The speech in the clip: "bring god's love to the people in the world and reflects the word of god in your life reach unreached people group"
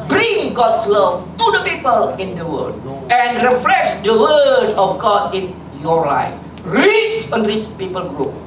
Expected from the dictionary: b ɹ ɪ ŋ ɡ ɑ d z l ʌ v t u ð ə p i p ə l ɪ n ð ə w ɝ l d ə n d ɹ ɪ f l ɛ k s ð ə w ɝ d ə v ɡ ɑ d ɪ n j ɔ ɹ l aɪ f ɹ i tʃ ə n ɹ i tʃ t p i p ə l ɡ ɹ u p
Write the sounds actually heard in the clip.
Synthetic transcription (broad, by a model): b ɹ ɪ ŋ ɡ ɑ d s l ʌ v t u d ə p i p ə l ɪ n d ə w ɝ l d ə n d ɹ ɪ f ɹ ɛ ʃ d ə w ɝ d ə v ɡ ɑ d ɪ n j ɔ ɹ l aɪ f ɹ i s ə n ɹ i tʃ p i p ə l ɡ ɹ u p